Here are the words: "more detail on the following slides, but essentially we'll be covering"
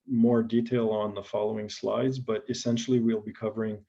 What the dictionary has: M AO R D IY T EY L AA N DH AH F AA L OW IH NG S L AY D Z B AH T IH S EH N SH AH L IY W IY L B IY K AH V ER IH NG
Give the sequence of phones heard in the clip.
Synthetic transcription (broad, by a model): M AO R D IY T EY L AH N DH AH F AA L OW IH NG S L AY D Z B AH T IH S EH N SH L IY W IY L B IY K AH V ER IH NG